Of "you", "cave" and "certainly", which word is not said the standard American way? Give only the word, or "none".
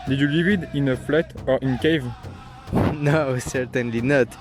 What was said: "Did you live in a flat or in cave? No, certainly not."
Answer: none